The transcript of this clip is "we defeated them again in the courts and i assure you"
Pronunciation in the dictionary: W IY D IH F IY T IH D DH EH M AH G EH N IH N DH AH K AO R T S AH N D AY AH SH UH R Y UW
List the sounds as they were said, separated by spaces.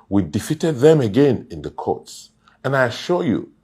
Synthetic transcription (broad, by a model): W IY D IH F IY T IH D DH EH M AH G EH N IH N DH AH K AO R T S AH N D AY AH SH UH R Y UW